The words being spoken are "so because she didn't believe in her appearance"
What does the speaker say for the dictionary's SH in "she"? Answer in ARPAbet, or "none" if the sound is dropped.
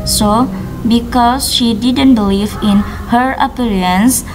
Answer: SH